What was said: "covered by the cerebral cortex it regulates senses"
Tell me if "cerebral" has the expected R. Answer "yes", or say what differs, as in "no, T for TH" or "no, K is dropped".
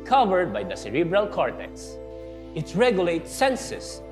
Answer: yes